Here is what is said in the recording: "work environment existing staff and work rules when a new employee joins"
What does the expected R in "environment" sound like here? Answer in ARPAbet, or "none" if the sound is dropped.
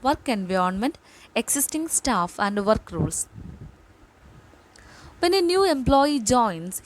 none